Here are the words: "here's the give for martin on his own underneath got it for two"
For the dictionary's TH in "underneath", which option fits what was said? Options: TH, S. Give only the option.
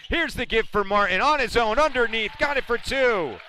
TH